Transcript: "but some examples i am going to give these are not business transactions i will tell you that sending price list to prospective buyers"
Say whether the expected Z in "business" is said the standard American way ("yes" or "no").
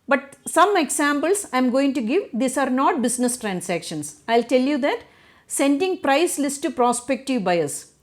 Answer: no